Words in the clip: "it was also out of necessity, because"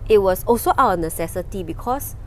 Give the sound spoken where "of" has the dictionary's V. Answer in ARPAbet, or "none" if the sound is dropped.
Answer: W